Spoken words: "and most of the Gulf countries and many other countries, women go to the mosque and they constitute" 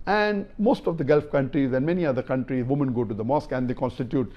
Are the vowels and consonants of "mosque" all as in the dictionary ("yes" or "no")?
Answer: yes